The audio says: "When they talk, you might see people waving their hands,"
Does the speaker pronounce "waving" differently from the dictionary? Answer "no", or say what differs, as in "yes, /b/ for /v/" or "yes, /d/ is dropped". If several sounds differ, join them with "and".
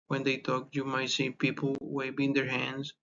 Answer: yes, /b/ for /v/